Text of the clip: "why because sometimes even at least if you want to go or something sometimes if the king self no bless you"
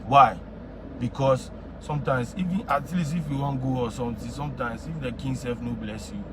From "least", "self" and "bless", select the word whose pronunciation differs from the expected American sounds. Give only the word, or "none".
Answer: least